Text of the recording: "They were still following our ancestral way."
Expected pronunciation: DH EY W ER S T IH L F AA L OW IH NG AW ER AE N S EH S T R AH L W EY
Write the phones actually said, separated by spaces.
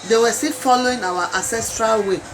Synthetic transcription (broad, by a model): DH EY W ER S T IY F AA L OW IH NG AW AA AE N S EH S T R AH L W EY